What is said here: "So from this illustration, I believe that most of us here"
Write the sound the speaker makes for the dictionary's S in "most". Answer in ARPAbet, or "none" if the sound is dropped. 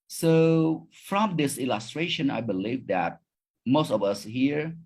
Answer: S